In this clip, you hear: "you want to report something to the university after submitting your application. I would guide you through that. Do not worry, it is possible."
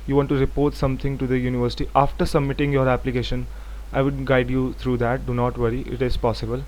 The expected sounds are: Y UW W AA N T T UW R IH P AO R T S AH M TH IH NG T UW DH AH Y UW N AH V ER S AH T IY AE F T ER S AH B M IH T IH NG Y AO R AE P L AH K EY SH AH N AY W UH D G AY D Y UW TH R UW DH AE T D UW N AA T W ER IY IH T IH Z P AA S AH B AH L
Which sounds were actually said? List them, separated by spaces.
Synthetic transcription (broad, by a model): Y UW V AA N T T UW R IH P AO R T S AH M T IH NG T UW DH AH Y UW N AH V ER S AH T IY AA F T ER S AH B M IH T IH NG Y AO R AE P L AH K EY SH AH N AY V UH D G AY D Y UW T R UW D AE T D UW N AA T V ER IY IH T IH Z P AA S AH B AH L